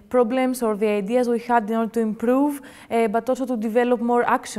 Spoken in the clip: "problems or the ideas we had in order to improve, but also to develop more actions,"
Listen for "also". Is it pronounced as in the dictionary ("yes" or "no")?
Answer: no